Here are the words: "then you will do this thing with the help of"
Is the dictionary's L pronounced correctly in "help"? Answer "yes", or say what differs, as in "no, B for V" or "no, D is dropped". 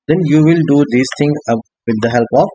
yes